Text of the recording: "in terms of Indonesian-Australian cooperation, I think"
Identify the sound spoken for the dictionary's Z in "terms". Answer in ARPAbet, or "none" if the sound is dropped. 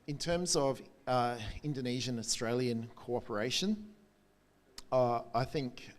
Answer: Z